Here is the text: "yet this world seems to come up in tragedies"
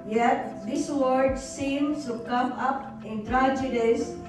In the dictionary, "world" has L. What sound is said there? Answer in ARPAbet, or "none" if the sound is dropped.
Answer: none